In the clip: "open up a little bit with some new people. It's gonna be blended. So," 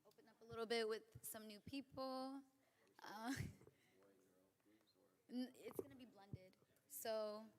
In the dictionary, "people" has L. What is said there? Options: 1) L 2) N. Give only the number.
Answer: 2